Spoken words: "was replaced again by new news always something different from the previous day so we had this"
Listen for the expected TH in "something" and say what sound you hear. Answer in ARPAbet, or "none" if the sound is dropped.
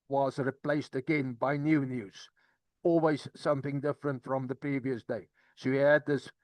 TH